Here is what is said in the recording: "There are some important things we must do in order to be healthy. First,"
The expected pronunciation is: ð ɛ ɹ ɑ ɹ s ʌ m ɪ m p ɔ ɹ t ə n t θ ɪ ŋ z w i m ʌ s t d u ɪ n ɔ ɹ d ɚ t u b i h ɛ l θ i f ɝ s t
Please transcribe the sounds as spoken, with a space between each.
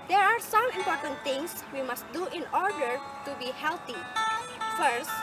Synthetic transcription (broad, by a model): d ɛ ɹ ɑ ɹ s ʌ m ɪ m p ɔ ɹ t ə n t t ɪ ŋ s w i m ʌ s t d u ɪ n ɔ ɹ d ɚ t u b i h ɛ l t i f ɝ s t